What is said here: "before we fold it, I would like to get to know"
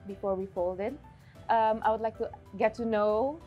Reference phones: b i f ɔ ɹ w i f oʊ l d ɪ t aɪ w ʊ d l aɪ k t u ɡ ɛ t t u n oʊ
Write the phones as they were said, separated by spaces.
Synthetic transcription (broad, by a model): b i f ɔ ɹ w i f oʊ l d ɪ t aɪ w ʊ d l aɪ k t u ɡ ɛ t t u n oʊ